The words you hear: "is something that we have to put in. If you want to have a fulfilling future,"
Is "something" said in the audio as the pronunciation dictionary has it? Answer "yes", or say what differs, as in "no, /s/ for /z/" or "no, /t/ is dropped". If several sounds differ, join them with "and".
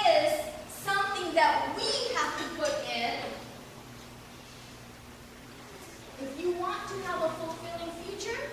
yes